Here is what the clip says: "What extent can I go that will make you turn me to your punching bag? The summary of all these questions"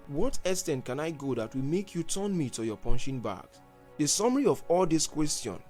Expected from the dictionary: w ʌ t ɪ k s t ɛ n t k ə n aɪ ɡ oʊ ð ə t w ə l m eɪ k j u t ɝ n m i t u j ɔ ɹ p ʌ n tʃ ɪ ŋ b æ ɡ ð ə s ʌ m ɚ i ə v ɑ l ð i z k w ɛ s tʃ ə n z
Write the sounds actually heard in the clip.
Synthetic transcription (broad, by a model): w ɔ t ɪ s t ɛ n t k ə n aɪ ɡ oʊ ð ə t w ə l m eɪ k j u t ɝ n m i t u j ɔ p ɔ n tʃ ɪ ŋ b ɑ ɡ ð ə s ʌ m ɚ i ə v ɑ l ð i s k w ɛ s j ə n